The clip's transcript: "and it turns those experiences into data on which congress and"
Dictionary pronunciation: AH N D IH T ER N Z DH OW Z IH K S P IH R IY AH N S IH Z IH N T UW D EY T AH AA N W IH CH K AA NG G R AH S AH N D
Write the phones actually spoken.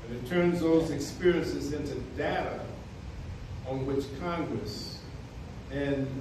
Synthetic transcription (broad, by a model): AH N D IH T ER N Z DH OW Z IH K S P IH R IY AH N S IH Z IH N T UW D EY T AH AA N W IH CH K AA NG G R AH S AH N